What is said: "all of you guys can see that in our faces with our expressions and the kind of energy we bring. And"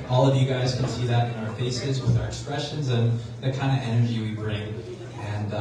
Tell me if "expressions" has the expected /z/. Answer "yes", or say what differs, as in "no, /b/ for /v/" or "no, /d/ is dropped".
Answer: yes